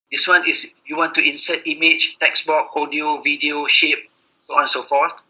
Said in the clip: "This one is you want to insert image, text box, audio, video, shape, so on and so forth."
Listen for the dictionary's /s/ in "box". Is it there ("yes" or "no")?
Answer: no